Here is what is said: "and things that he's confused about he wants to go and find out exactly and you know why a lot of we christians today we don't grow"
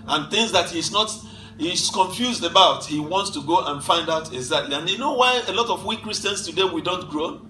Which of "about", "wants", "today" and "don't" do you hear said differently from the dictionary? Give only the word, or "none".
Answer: none